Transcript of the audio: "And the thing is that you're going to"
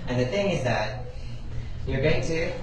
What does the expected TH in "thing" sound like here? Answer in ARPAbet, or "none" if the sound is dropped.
TH